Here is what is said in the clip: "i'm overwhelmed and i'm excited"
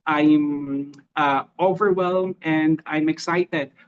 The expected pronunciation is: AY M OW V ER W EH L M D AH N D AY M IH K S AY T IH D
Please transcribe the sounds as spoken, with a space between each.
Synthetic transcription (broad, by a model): AY M OW V ER W EH L M AH N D AY M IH K S AY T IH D